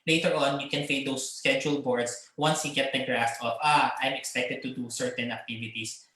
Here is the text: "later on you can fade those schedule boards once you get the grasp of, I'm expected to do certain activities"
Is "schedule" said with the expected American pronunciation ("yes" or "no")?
yes